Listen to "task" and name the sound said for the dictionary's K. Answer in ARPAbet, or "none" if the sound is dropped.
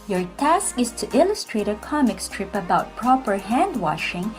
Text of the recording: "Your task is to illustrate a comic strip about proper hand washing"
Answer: K